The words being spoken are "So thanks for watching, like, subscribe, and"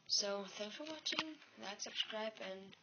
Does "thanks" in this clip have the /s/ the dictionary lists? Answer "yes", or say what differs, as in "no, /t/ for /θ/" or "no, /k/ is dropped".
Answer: no, /s/ is dropped